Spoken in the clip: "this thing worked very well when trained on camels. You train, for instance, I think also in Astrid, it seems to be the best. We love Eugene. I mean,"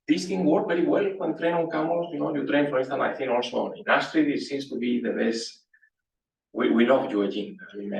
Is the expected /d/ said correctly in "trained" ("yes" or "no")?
no